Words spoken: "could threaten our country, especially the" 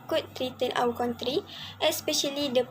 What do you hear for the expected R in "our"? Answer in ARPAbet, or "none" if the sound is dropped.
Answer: W